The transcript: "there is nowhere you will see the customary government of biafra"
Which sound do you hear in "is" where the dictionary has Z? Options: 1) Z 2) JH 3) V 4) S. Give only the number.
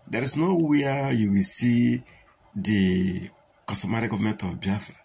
4